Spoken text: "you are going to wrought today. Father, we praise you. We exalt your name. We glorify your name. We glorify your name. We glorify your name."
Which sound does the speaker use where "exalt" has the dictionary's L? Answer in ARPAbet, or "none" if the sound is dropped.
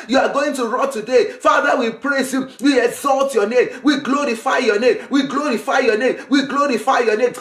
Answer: L